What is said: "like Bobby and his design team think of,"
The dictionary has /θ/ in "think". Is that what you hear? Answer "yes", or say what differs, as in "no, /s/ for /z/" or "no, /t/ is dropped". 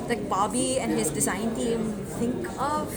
no, /t/ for /θ/